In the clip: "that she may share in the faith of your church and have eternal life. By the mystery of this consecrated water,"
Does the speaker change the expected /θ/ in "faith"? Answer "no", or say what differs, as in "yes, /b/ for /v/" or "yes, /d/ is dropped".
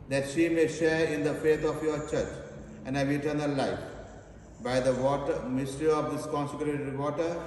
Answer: yes, /t/ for /θ/